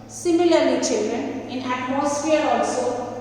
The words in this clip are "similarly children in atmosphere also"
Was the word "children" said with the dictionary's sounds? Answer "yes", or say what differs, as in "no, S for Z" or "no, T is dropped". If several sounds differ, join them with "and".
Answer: yes